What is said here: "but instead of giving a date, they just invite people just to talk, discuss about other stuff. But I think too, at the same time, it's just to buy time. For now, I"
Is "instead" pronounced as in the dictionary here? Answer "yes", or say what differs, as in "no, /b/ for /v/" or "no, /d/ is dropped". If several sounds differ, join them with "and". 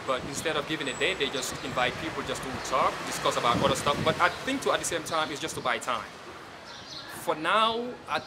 yes